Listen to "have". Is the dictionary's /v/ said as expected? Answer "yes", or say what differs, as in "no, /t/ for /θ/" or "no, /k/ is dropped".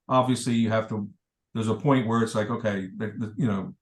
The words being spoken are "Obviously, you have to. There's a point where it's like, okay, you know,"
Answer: no, /f/ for /v/